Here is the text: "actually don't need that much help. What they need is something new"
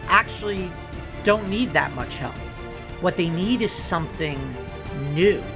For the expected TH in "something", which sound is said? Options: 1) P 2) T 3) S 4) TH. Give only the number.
4